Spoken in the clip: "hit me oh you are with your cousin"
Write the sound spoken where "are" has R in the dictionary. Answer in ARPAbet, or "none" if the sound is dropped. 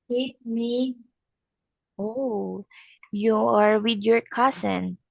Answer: R